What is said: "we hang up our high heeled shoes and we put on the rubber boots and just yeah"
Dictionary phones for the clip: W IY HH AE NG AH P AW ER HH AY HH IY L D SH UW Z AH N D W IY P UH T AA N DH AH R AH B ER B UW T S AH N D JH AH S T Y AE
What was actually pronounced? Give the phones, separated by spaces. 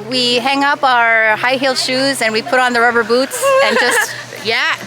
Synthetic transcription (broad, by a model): W IY HH AE NG AH P AW ER HH AY HH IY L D SH UW Z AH N W IY P UH T N DH AH R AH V ER B UW T S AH N JH AH S T Y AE